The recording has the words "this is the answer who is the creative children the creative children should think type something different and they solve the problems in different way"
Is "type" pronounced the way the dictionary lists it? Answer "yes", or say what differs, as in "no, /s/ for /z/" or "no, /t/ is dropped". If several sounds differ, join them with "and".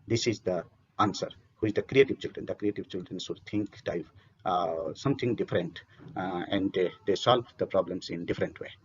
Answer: no, /f/ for /p/